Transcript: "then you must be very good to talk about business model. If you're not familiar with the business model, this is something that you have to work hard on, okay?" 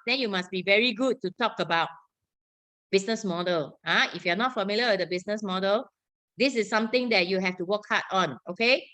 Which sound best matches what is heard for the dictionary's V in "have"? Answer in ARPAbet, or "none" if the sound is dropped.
F